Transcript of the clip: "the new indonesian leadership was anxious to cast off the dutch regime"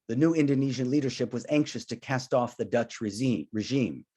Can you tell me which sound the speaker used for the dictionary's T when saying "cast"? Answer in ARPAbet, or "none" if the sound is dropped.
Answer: T